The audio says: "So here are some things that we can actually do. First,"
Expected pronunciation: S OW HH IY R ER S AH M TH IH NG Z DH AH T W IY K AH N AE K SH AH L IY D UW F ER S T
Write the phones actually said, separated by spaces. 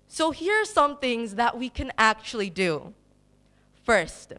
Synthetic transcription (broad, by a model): S OW HH IY R ER S AH M TH IH NG Z DH AH T W IY K AH N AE K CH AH L IY D UW F ER S T